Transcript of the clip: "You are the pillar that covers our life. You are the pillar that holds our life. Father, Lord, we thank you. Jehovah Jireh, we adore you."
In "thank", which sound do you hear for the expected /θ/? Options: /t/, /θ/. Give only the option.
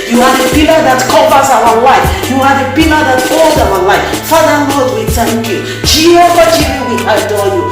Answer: /t/